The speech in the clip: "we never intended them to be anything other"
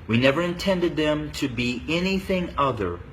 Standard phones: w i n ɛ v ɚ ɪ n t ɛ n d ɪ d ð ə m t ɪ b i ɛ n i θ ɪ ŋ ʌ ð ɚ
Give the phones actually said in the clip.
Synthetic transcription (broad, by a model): w i n ɛ v ɚ ɪ n t ɛ n d ɪ d ð ə m t ɪ b i ɛ n i θ ɪ ŋ ʌ ð ɚ